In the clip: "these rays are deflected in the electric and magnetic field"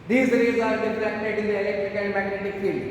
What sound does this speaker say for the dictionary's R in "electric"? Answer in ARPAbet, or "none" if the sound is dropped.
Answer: R